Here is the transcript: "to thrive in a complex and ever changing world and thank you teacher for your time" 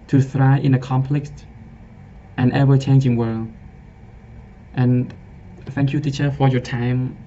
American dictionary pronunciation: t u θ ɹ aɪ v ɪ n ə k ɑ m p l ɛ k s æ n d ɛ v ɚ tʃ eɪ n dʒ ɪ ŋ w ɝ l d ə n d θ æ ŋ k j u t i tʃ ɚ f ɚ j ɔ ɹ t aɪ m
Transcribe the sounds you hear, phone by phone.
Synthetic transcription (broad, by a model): t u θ ɹ aɪ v ɪ n ə k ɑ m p l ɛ k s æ n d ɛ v ɚ tʃ eɪ n dʒ ɪ ŋ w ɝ l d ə n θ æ ŋ k j u t i tʃ ɚ f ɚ j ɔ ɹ t aɪ m